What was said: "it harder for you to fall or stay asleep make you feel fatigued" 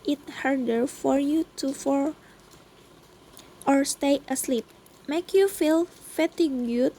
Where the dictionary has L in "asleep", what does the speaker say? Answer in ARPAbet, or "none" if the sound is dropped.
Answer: L